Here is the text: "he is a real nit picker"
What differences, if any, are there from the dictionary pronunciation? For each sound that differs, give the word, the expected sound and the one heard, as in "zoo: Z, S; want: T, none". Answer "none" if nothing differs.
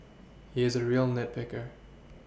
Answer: none